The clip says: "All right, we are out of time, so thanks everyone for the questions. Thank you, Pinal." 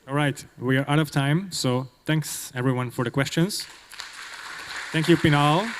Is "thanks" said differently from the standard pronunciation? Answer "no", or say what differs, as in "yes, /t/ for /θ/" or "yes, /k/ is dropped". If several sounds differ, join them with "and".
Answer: no